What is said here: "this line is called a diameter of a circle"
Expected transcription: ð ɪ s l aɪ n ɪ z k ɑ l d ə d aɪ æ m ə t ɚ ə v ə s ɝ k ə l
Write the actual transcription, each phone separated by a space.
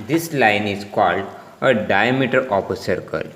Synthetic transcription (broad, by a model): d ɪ s l aɪ n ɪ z k ɑ l d ə d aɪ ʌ m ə t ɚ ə p ə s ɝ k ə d